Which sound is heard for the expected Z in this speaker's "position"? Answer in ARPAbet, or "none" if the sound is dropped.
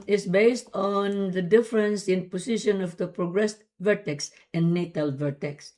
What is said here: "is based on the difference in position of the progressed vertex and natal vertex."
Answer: S